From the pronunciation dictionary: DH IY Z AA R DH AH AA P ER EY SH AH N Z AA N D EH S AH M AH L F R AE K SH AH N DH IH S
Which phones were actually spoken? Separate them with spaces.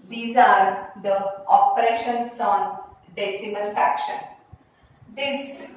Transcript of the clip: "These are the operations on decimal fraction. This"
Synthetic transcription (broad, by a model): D IY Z AA R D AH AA P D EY SH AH N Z AA N D EH S AH M AH L F R AE K SH AH N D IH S